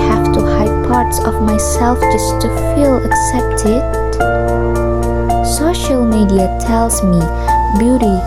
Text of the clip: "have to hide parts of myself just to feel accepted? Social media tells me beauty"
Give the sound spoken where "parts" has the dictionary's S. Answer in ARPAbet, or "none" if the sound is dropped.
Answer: S